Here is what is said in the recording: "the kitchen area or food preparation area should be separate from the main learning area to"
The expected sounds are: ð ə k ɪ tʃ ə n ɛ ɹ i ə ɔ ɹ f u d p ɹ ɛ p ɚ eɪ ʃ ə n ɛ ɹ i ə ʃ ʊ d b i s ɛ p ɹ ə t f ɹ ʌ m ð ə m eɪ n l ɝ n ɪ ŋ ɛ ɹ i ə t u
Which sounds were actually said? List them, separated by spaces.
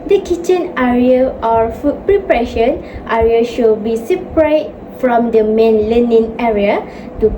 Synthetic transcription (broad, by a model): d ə k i tʃ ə n ɛ ɹ i ə ɔ ɹ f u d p ɹ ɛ p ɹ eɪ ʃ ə n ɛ ɹ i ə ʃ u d b i s ɛ p ɹ ə t f ɹ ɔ m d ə m eɪ n l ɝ n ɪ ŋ ɛ ɹ i ə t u